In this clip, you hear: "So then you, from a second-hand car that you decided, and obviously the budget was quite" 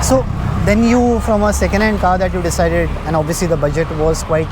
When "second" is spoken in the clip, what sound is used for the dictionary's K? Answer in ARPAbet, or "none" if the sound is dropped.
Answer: K